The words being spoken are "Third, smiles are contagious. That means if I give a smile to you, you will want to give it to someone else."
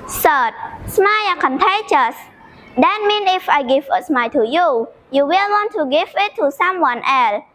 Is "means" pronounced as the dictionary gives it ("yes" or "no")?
no